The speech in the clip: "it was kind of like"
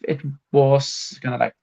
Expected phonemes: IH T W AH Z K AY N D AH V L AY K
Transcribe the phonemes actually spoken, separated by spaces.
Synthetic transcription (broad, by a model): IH T W AH Z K AY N AH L AY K